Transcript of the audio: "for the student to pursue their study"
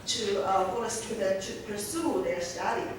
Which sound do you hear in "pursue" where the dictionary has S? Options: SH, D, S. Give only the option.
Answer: S